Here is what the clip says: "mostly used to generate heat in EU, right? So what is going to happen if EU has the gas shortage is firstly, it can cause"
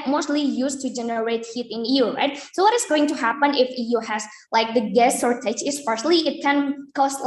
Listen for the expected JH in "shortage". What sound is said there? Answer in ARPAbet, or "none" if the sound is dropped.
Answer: CH